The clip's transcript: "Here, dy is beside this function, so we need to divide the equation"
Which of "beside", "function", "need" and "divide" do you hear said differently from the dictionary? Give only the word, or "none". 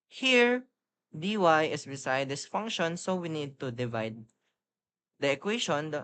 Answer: none